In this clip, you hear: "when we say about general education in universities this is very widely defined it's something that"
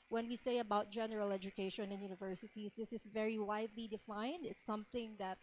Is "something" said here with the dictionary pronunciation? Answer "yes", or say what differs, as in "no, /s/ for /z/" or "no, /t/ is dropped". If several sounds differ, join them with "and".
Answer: yes